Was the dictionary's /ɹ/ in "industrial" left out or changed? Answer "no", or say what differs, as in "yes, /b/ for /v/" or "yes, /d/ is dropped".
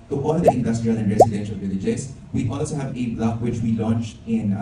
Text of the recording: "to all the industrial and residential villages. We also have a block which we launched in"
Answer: no